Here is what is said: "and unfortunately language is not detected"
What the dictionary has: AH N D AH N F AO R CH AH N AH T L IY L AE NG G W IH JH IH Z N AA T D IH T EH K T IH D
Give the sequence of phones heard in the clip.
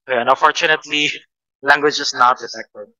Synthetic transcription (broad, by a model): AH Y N AH N F AO R CH AH N AH T L IY L AE NG G W IH JH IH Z N AA T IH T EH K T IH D